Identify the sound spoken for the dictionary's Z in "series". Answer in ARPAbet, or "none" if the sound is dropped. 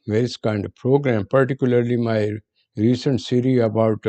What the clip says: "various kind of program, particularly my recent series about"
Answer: none